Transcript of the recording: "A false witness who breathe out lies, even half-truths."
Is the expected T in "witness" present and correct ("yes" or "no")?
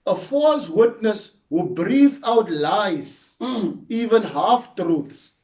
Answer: yes